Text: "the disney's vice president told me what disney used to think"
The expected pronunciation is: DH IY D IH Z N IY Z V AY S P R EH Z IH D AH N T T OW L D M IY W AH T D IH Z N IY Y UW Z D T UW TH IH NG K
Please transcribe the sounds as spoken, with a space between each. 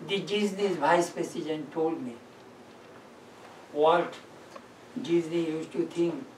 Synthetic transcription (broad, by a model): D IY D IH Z N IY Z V AY S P EH S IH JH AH N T T OW L D M IY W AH T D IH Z N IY Y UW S T UW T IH NG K